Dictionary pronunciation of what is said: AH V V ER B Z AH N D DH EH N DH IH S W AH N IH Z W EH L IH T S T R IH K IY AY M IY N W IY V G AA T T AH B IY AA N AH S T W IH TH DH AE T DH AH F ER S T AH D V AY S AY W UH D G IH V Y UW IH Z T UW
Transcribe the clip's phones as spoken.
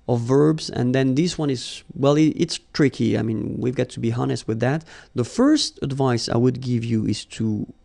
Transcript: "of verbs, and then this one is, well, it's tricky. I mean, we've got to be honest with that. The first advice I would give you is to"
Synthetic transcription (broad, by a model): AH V V ER B Z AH N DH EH N DH IH S W AH N IH Z W EH L IH T S T R IH K IY AY M IY N W IY V G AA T T AH B IY AA N AH S T W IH DH AE T DH AH F ER S T AH D V AY S AY W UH D G IH V Y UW IH Z T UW